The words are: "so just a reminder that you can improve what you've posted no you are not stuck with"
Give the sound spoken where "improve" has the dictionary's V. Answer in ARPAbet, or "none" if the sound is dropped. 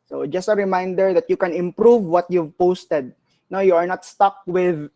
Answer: V